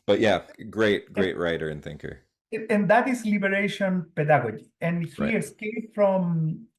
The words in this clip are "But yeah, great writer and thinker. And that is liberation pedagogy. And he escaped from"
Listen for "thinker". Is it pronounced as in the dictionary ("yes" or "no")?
yes